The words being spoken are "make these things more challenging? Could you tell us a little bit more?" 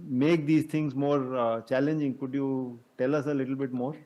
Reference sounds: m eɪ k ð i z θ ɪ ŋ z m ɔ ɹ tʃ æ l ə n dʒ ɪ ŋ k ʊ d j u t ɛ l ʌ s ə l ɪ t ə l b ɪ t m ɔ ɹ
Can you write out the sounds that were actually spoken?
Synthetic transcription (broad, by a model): m eɪ k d i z t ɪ ŋ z m ɔ ɹ tʃ æ l ə n dʒ ɪ ŋ k ʊ d j u t ɛ l ʌ s ə l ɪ t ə l b ɪ t m ɔ ɹ